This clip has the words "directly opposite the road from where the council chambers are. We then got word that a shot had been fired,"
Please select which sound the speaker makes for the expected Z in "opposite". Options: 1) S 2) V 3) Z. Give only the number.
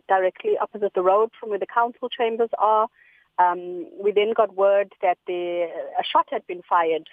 3